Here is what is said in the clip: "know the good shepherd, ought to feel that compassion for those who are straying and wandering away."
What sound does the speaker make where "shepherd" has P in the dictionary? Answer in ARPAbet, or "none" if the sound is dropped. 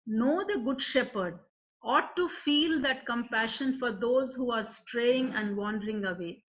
P